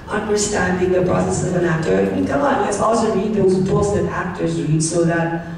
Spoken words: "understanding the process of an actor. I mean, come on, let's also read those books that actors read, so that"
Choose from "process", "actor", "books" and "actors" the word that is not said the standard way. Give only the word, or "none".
books